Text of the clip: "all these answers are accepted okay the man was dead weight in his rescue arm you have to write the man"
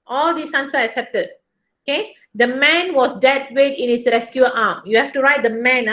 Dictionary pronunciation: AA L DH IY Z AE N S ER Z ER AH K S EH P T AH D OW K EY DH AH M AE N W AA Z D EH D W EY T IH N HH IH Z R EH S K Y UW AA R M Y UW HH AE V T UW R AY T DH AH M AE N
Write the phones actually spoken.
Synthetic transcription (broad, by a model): AA L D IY S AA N S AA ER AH K S EH P T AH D OW K EY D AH M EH N W AA S D EH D W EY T IH N HH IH S R EH S K Y UW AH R M Y UW HH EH F T UW R AY T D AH M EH N